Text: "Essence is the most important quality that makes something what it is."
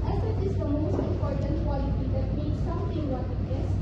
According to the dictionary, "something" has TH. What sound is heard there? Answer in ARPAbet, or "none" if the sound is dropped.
T